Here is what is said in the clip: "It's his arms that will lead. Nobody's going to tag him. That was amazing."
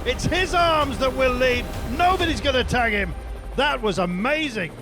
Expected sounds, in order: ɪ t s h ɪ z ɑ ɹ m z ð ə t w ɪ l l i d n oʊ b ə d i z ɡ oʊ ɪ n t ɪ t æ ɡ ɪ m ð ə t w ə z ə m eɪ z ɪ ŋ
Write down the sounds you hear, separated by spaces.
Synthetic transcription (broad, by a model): ɪ t s h ɪ z ɑ ɹ m z ð ə t w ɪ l l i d n oʊ b ə d i z ɡ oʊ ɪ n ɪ t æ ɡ ɪ m ð ə t w ə z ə m eɪ z ɪ ŋ